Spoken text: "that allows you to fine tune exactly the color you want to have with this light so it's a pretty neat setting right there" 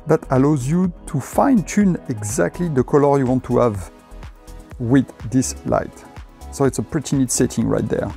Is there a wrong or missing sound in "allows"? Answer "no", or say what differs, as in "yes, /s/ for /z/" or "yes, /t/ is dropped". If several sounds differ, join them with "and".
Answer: no